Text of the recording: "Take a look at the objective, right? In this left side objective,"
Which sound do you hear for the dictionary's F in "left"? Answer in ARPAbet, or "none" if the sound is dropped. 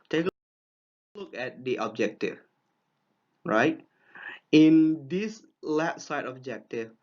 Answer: none